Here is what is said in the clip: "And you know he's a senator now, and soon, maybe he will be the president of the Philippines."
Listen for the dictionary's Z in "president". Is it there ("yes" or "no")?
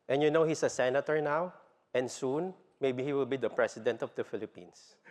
no